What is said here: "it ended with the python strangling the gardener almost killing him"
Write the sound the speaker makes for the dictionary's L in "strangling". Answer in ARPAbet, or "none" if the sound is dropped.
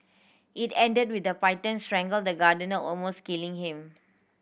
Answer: none